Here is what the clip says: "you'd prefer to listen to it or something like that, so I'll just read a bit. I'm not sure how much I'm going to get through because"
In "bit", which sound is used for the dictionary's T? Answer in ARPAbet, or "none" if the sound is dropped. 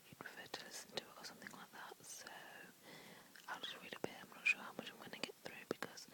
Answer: none